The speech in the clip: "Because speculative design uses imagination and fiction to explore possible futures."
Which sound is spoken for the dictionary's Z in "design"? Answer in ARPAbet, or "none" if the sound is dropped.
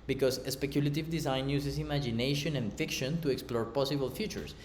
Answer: S